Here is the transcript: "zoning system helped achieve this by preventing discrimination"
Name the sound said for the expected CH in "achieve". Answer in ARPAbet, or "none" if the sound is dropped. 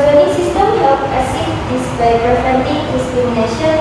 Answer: S